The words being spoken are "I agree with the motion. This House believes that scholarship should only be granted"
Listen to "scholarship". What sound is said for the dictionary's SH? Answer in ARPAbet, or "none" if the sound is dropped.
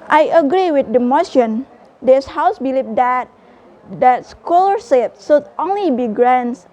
S